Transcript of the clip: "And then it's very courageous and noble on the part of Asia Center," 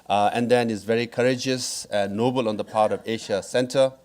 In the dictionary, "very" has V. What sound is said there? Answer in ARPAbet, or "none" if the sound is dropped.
V